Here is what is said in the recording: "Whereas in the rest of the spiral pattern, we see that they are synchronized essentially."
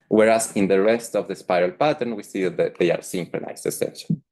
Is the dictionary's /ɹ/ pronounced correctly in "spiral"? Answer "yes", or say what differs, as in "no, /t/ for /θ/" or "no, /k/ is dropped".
yes